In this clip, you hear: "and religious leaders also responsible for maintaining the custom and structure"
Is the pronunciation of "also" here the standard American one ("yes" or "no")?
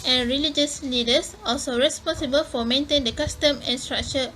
yes